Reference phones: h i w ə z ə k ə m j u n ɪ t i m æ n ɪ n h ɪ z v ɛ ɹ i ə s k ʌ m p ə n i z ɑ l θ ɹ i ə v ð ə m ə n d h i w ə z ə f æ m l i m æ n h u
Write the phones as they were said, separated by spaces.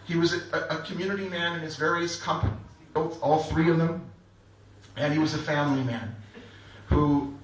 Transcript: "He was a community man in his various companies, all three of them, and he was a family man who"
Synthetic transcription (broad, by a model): h i w ə z ə k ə m j u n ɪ t i m æ n ɪ n ɪ z v ɛ ɹ i ə s k ʌ m p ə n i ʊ ɑ l θ ɹ i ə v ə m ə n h i w ə z ə f æ m l i m æ n h u